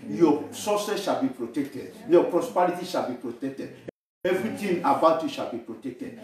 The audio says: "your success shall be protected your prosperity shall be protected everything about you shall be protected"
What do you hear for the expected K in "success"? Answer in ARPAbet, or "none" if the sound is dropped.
none